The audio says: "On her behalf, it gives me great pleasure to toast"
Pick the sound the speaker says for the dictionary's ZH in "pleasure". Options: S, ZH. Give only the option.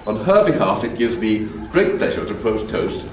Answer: ZH